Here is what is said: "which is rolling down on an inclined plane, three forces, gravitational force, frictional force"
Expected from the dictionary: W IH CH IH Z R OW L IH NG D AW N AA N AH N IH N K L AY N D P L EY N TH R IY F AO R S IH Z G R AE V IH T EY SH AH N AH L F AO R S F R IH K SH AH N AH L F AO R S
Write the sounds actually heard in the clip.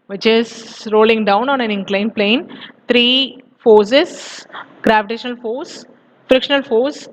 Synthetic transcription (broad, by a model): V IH CH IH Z R OW L IH NG D AW N AA N AH N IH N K L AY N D P L EY N T R IY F AO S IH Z G R AE V IH T EY SH AH N AH L F AO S F R IH K SH AH N AH L F AO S